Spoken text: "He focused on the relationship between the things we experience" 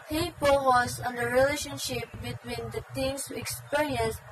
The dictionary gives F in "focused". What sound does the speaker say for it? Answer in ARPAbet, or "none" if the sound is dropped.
P